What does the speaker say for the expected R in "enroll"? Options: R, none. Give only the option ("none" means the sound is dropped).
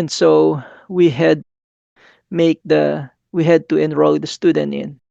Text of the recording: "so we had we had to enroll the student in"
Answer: R